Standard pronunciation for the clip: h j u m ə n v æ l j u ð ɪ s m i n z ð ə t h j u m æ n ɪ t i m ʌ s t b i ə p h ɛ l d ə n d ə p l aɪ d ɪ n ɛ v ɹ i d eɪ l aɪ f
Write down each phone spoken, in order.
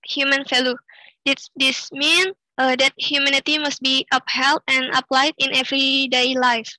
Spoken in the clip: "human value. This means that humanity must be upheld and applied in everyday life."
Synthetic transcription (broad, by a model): h j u m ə n f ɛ l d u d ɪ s m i n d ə t h j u m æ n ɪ t i m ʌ s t b i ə p h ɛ l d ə n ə p l aɪ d ɪ n ɛ v ɹ i d eɪ l aɪ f